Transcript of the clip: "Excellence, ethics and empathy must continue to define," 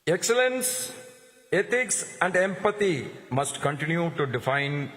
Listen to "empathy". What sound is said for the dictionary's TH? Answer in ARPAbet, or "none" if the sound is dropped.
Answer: T